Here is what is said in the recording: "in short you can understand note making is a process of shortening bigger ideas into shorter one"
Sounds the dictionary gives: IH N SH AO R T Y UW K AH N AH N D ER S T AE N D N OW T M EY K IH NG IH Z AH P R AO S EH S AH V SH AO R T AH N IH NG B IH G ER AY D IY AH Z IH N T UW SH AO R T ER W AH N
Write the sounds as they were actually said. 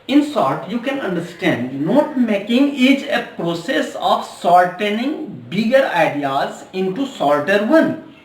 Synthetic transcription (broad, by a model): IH N S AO R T Y UW K AH N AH N D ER S T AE N D N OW T M EY K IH NG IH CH AH P R AO S EH S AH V S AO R T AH N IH NG B IH G ER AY D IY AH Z IH N T UW S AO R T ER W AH N